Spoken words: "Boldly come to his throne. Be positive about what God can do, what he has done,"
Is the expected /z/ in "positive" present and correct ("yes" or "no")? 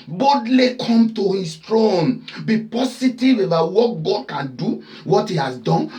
no